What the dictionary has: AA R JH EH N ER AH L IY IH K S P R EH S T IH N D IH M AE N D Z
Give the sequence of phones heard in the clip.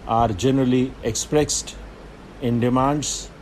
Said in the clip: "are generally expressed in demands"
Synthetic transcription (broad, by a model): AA R JH EH N ER AH L IY IH K S P R EH S T IH N D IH M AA N D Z